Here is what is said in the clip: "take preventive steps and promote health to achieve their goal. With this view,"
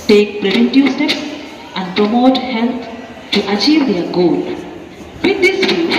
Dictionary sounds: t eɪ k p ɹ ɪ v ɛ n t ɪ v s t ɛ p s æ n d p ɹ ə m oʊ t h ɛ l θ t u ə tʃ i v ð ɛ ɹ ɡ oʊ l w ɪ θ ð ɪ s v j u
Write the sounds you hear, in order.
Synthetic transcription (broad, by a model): t eɪ k p ɹ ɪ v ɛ n t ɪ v s t ɛ p s æ n d p ɹ ə m oʊ t h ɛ l t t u ə tʃ i v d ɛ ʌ ɡ oʊ l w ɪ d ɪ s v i